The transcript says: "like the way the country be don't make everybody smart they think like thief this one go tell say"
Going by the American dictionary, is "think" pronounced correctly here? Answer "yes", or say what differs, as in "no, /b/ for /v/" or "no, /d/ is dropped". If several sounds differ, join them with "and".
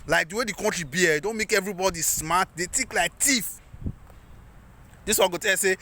no, /t/ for /θ/ and /ŋ/ is dropped